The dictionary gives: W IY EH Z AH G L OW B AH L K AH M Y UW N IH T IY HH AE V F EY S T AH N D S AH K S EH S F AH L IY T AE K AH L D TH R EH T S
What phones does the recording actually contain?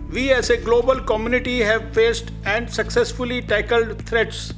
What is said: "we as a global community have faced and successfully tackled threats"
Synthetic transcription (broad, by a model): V IY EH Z AH G L OW B AH L K AH M Y UW N IH T IY HH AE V F EY S T AH N D S AH K S EH S F AH L IY T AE K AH L D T R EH T S